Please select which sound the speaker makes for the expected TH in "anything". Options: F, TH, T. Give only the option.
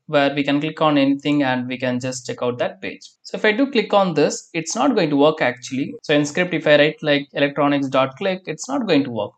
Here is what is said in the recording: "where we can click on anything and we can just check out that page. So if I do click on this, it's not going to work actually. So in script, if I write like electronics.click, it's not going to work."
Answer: T